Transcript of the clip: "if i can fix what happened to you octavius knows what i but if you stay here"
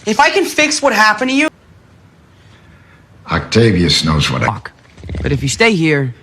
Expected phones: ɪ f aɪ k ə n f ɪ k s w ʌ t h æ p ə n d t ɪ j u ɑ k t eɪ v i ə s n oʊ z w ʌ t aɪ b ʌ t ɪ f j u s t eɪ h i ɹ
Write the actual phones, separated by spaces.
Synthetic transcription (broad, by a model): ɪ f aɪ k ə n f ɪ k s w ʌ t h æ p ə n t ɪ j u ɑ k t eɪ v i ə s n oʊ z w ʌ t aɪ b ʌ t ɪ f j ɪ s t eɪ h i ɹ